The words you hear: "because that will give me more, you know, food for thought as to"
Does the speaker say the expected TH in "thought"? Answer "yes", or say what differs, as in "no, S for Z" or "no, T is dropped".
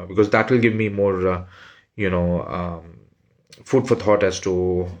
no, T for TH